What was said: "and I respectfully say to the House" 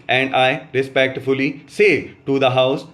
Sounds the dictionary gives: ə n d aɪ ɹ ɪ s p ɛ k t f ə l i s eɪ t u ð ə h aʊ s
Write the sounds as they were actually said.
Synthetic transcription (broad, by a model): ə n d aɪ ɹ ɪ s p ɛ k t f ə l i s eɪ t u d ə h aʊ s